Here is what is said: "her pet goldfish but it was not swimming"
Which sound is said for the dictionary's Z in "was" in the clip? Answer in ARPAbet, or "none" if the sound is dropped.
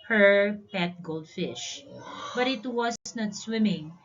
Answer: S